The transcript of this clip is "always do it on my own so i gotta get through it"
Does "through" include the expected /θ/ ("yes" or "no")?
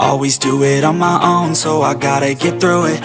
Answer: yes